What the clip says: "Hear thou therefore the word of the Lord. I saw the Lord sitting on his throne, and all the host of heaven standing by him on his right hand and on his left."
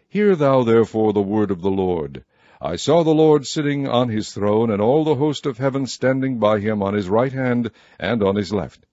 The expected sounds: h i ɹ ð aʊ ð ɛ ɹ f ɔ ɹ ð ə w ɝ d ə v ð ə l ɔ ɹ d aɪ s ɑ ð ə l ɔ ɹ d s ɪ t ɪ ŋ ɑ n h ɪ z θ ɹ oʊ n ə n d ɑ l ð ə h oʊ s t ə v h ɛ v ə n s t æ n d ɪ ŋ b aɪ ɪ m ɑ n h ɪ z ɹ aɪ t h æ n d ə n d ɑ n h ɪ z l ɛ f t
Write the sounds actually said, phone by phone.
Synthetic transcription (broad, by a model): h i ɹ ð aʊ ð ɛ ɹ f ɔ ɹ ð ə w ɝ d ə v ð ə l ɔ ɹ d aɪ s ɑ ð ə l ɔ ɹ d s ɪ t ɪ ŋ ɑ n ɪ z θ ɹ oʊ n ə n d ɑ l ð ə h oʊ s t ə v h ɛ v ə n s t æ n d ɪ ŋ b aɪ ɪ m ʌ n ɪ z ɹ aɪ t h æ n d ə n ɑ n ɪ z l ɛ f t